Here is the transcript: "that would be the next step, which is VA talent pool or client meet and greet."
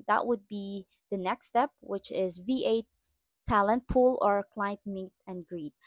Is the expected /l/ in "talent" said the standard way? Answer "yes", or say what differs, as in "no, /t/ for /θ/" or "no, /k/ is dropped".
yes